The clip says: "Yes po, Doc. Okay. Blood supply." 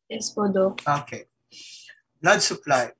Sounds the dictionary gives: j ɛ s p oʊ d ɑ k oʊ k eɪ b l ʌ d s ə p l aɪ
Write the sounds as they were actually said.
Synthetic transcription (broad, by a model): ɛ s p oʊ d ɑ oʊ k eɪ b l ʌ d s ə p l aɪ